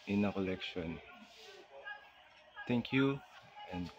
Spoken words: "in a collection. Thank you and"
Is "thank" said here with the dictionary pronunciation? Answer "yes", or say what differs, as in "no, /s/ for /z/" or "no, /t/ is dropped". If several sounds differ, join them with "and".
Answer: no, /t/ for /θ/